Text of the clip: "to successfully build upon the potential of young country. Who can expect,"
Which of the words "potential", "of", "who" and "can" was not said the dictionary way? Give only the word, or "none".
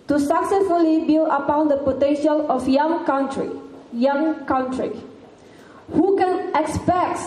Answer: of